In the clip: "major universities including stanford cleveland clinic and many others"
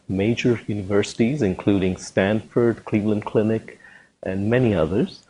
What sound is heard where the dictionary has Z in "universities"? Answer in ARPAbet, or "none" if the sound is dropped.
Z